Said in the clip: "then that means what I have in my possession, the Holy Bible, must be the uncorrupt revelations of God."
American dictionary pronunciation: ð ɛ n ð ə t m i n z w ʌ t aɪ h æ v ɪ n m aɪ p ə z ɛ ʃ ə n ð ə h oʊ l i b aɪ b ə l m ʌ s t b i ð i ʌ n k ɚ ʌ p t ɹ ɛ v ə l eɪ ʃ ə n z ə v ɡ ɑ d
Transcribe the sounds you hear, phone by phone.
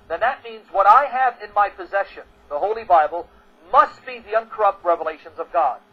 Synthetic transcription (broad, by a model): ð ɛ n ð ə t m i n z w ʌ t aɪ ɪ v ɪ n m aɪ p ə z ɛ ʃ ə n ð ə h oʊ l i b aɪ b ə l m ʌ s t b i ð i ʌ n k ɚ ʌ p t ɹ ɛ v ə l eɪ ʃ ə n z ə v ɡ ɑ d